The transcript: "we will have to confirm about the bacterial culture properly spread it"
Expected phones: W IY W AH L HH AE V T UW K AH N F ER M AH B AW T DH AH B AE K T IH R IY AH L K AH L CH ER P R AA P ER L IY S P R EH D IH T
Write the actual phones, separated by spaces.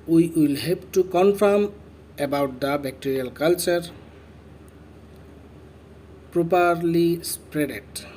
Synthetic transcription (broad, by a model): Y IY W AH L HH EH P T UW K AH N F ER M AH B AW T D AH B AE K T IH R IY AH L K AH L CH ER P R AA P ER L IY S P R EH D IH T